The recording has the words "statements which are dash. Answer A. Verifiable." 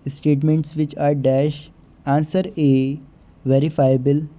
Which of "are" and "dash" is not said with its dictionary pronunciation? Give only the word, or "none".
none